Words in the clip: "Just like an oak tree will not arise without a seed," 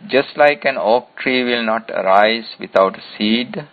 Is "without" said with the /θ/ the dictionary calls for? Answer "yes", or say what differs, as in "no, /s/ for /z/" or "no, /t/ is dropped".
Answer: no, /t/ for /θ/